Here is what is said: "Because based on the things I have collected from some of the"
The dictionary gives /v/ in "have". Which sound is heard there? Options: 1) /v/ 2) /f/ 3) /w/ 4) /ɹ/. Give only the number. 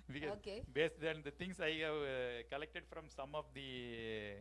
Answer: 1